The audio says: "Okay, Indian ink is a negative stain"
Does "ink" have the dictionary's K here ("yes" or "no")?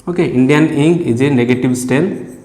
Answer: no